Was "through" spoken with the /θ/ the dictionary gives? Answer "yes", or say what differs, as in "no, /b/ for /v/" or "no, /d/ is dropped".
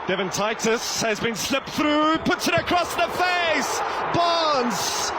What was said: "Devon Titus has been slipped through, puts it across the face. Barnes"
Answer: yes